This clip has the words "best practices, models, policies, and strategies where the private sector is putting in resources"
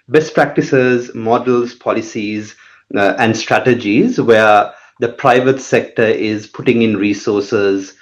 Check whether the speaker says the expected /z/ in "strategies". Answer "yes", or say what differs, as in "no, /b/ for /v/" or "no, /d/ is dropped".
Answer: yes